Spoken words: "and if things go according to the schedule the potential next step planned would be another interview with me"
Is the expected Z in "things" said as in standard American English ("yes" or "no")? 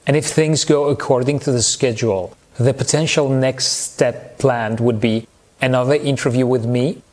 yes